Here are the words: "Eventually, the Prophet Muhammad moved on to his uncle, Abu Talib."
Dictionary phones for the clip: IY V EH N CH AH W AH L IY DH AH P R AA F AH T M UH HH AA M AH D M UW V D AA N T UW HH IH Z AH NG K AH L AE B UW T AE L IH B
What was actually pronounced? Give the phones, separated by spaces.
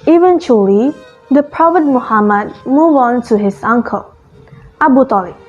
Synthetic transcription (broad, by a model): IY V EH N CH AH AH L IY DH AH P R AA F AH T M UH HH AA M AH D M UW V AA N T UW HH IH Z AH NG K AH L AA B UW T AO L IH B